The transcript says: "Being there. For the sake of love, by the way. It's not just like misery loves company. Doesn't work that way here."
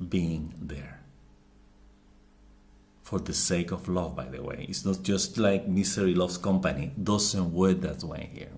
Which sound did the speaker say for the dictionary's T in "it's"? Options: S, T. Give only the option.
T